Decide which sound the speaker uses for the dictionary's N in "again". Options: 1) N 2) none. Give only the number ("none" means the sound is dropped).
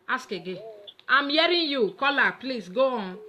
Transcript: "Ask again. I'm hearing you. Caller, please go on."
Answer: 2